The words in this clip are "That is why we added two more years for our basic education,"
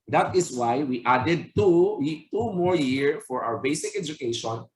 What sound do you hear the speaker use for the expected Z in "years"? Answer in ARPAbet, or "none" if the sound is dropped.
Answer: none